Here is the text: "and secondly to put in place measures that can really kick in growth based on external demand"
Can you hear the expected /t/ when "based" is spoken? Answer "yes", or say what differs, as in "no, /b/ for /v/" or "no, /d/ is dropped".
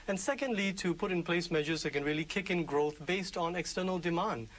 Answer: yes